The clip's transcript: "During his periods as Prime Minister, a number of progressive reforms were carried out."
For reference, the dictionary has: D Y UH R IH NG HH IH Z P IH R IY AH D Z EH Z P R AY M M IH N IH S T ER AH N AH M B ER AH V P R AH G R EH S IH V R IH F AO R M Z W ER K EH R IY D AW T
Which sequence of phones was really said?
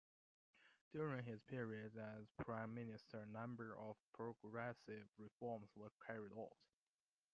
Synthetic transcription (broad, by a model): D Y UH R IH NG HH IH Z P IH R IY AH D AH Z P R AY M M IH N IH S T ER AH N AH M B ER AH V P R AH G R EH S IH V R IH F AO R M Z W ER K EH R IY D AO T